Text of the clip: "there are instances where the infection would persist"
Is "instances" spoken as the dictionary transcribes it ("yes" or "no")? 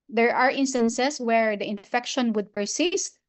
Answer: no